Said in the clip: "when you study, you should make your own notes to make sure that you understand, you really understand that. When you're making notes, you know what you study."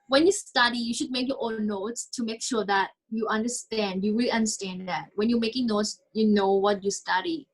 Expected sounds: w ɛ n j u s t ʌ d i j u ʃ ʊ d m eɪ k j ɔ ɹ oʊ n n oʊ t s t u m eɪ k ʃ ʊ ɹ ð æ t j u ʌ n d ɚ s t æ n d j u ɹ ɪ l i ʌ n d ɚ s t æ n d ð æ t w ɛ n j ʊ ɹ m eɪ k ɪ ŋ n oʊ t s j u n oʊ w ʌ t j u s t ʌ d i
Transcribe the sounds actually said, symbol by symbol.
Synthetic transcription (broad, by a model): w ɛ n j u s t ʌ d i j u ʃ ʊ d m eɪ k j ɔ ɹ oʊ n n oʊ t s t u m eɪ k ʃ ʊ ɹ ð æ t j u ʌ n d ɚ s t æ n d j u w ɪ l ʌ n d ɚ s t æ n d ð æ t w ɛ n j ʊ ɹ m eɪ k ɪ ŋ n oʊ t s j u n oʊ w ʌ t j u s t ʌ d i